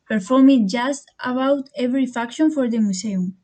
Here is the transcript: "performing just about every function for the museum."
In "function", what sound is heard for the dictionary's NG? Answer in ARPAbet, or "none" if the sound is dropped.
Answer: none